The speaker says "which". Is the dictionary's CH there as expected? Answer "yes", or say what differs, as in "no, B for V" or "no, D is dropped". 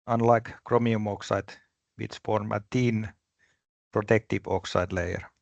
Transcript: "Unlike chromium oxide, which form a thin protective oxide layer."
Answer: no, S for CH